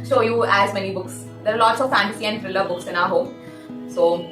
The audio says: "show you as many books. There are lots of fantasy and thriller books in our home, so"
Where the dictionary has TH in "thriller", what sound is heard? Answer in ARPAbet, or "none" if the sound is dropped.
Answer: F